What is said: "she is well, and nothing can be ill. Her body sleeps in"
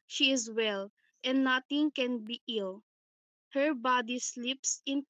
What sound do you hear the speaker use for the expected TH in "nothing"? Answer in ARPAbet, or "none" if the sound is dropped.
T